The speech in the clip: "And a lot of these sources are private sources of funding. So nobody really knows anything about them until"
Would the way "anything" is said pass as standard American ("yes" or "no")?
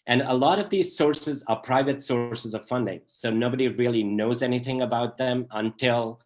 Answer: yes